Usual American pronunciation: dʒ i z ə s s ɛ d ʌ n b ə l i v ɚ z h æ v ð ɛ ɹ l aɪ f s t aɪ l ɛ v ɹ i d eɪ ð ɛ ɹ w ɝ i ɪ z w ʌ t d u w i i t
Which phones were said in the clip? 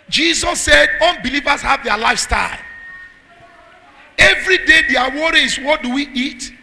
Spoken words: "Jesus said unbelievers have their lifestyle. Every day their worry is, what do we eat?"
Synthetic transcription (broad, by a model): dʒ i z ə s s ɛ d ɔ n b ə l i v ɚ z h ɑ v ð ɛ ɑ l aɪ f s t aɪ l ɛ v ɹ i d eɪ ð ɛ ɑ w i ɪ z w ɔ t d u w i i t